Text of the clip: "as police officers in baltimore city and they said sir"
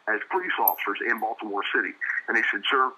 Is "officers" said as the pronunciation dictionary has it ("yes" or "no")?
yes